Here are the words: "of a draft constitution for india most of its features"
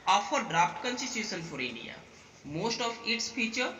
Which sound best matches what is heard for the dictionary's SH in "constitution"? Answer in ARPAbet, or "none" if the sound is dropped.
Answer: S